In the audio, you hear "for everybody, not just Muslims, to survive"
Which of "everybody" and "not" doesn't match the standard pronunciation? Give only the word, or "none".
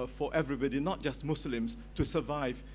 none